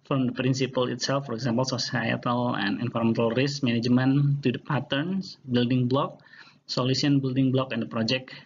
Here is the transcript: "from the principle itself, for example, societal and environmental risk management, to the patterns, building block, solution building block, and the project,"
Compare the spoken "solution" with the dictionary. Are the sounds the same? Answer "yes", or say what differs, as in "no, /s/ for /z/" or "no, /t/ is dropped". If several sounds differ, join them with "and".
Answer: no, /s/ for /ʃ/